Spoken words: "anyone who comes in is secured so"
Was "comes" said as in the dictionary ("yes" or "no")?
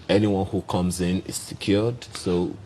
yes